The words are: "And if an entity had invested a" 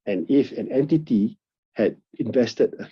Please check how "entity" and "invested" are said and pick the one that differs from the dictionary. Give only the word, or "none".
none